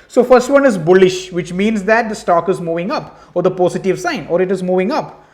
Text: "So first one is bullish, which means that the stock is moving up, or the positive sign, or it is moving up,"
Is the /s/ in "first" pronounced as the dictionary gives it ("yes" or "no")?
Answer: yes